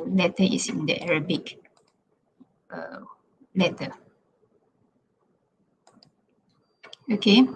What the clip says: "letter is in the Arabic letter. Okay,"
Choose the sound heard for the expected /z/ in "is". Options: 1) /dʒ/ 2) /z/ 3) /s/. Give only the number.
3